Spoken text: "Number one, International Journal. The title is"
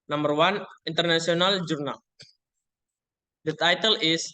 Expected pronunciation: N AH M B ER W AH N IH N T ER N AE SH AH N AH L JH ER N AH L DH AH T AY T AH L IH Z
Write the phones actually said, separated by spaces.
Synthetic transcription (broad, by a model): N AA M B ER W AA N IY N T ER N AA S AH N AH L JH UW N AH L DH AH T AY T AH L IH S